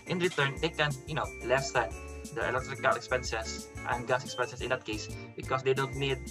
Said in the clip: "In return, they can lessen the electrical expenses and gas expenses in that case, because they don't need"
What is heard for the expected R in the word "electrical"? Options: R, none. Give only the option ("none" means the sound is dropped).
R